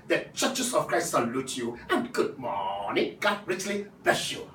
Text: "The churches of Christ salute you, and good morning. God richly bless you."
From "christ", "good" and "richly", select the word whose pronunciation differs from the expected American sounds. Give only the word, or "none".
none